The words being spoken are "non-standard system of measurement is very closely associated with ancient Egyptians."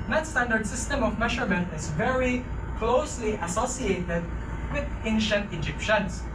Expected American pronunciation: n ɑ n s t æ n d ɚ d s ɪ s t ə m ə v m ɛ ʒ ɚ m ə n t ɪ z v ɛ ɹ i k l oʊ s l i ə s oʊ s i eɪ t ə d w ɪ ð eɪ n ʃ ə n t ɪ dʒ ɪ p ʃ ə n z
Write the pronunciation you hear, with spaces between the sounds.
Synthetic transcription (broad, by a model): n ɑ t s t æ n d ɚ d s ɪ s t ə m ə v m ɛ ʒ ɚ m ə n t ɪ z v ɛ ɹ i k l oʊ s l i ə s oʊ s i eɪ t ə d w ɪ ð eɪ n ʃ ə n t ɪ dʒ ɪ p ʃ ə n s